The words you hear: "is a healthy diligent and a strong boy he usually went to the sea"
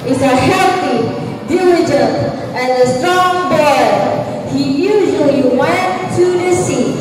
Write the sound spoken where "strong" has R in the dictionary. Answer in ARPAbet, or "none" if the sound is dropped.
none